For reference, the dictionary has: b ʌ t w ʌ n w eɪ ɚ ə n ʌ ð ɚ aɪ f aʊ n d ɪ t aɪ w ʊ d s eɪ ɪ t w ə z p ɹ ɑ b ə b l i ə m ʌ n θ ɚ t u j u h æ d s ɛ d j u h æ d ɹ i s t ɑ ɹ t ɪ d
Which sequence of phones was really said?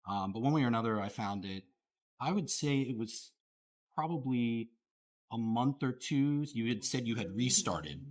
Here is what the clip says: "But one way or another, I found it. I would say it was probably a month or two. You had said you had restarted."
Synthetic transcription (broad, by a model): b ʌ t w ʌ n w eɪ ɚ ə n ʌ ð ɚ aɪ f aʊ n d ɪ t aɪ w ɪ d s eɪ ɪ t w ə z p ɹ ɑ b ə b l i ə m ʌ n θ ɚ t u j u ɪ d s ɛ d j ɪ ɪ d ɹ i s t ɑ ɹ t ɪ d